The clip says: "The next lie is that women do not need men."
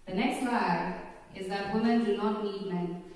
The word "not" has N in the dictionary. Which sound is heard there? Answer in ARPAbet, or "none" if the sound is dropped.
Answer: N